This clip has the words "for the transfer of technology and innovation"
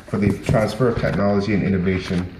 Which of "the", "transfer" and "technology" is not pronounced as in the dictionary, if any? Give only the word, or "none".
none